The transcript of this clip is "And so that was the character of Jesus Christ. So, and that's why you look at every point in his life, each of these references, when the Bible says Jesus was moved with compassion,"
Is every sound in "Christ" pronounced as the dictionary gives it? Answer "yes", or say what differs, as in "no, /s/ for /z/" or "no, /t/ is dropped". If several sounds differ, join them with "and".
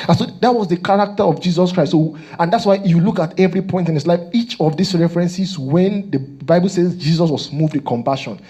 no, /s/ is dropped